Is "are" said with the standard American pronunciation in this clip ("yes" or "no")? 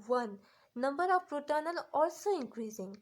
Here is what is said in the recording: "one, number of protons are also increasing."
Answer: no